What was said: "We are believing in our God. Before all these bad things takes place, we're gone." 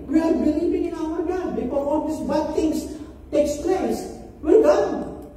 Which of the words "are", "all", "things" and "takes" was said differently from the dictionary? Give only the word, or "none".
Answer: things